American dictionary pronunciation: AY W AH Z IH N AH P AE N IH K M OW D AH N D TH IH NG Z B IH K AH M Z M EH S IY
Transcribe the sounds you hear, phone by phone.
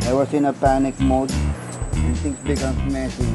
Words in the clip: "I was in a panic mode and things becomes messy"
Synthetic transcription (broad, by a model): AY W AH S IH N AH P AE N IH K M OW D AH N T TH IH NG S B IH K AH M S M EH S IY